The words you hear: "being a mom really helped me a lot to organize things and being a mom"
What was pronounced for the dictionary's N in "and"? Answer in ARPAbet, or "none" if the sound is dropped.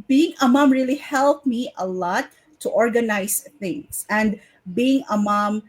N